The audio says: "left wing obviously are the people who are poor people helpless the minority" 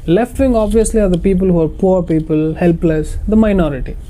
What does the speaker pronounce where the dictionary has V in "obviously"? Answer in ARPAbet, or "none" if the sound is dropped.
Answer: V